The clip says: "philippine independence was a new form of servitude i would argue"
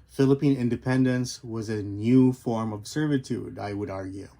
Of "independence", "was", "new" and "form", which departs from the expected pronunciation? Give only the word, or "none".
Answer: none